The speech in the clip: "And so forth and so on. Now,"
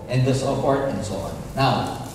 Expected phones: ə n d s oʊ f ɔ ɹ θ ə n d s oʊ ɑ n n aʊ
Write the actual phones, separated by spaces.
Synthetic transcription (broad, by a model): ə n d s oʊ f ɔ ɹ t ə n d s oʊ ɑ n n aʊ